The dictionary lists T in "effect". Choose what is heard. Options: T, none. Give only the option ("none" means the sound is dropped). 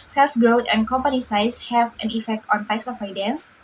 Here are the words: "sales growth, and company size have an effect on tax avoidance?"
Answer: T